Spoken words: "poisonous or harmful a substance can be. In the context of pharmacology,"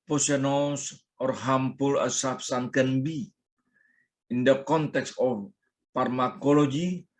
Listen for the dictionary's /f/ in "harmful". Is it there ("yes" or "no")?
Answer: no